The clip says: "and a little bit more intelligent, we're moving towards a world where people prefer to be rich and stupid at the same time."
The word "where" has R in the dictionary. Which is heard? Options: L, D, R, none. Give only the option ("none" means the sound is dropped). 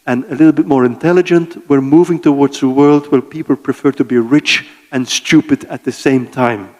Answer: L